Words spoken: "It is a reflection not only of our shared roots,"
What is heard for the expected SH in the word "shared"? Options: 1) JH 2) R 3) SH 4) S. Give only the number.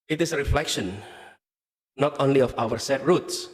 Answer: 4